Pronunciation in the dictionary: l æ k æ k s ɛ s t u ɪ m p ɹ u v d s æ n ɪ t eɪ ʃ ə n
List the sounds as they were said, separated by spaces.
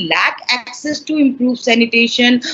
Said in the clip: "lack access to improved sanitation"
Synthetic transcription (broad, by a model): l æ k æ k s ɛ s t u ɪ m p ɹ u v s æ n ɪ t eɪ ʃ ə n